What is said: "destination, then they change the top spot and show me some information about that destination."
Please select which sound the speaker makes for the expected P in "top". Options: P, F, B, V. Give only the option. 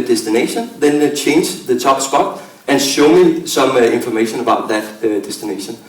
B